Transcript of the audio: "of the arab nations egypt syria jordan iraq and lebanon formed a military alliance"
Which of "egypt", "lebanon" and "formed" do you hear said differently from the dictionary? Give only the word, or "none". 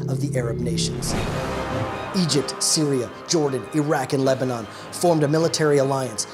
none